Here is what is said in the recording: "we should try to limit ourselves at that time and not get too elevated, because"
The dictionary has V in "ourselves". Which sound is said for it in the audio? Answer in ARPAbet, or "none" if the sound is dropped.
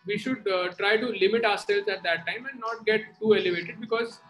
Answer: none